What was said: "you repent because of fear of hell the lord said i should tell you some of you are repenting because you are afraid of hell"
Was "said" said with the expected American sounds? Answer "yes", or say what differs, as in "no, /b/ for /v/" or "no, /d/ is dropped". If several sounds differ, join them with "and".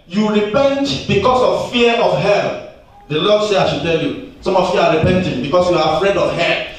no, /d/ is dropped